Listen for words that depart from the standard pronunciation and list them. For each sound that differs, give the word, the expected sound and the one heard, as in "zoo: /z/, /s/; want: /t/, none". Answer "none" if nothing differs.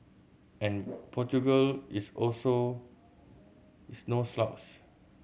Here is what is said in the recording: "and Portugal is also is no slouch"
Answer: is: /z/, /s/; is: /z/, /s/; slouch: /tʃ/, /s/